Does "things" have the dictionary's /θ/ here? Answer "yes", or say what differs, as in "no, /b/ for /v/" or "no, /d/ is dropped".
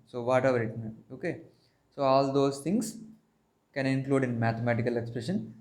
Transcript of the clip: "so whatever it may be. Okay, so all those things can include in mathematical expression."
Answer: no, /t/ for /θ/